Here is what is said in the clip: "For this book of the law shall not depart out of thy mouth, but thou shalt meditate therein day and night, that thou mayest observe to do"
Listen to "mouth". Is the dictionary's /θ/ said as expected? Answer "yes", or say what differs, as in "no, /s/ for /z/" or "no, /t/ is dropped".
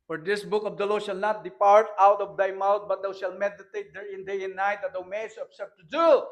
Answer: no, /t/ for /θ/